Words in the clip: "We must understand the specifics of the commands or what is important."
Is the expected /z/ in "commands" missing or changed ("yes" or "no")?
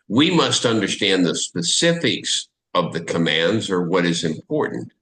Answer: no